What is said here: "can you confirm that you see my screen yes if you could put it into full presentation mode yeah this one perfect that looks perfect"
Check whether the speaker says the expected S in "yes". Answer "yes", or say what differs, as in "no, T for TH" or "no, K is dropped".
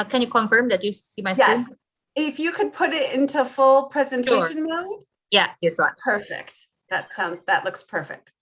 no, S is dropped